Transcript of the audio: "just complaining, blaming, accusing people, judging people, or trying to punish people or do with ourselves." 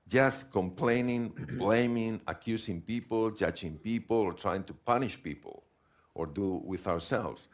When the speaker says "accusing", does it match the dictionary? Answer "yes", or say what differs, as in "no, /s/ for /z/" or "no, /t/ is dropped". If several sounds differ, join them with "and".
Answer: no, /s/ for /z/